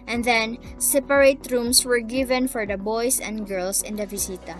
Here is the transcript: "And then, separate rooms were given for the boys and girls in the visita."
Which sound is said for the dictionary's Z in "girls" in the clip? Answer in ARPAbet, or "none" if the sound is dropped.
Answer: S